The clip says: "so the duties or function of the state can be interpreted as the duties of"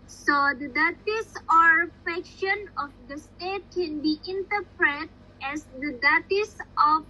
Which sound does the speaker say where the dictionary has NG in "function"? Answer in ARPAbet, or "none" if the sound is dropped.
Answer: none